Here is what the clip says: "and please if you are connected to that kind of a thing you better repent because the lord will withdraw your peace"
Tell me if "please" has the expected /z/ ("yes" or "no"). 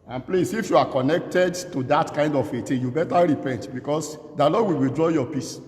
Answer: no